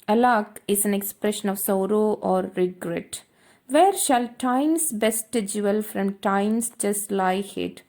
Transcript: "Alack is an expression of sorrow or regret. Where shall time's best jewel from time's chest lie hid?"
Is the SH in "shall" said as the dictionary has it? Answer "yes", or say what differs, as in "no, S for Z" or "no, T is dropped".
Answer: yes